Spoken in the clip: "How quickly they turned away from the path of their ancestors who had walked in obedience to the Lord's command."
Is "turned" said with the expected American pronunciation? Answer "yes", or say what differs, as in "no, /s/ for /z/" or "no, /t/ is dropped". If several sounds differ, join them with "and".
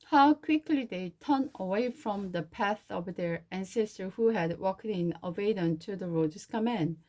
no, /d/ is dropped